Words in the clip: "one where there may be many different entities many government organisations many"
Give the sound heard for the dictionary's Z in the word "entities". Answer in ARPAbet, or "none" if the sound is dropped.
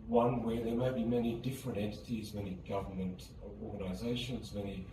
Z